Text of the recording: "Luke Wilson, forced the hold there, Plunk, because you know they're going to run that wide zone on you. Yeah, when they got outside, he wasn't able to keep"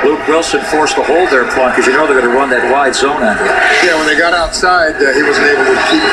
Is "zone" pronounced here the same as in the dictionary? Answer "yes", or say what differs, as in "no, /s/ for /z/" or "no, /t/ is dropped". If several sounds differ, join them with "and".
yes